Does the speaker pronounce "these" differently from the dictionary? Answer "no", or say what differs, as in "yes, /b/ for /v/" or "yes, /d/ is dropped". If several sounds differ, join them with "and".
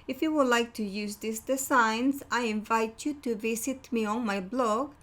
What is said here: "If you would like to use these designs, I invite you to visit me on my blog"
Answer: yes, /s/ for /z/